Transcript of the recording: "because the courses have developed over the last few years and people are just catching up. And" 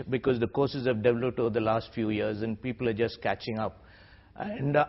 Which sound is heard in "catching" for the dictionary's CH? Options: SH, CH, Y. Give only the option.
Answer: CH